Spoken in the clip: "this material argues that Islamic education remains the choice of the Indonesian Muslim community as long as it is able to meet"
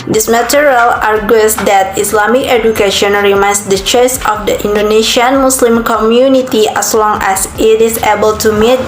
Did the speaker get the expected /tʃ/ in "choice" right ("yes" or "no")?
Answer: yes